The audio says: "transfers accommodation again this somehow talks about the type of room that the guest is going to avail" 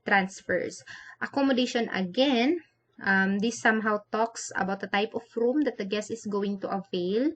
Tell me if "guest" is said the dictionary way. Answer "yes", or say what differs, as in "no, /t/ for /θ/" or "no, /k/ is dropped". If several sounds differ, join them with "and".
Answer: no, /t/ is dropped